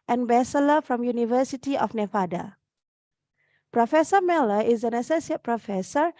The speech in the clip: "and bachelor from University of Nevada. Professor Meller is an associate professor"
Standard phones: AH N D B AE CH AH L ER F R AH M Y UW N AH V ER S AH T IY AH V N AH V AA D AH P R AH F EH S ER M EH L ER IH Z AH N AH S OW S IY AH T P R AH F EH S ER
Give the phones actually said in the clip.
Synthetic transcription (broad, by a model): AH N B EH S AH L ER F R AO M Y UW N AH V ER S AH T IY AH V N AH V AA D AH P R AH F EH S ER M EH L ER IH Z AH N AH S OW S IY AH T P R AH F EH S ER